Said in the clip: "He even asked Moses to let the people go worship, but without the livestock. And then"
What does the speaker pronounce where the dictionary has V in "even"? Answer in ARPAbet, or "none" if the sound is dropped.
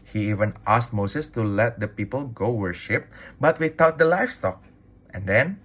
V